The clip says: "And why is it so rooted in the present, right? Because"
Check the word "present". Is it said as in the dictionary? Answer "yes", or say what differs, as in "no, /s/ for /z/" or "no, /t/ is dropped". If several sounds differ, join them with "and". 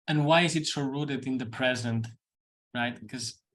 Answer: yes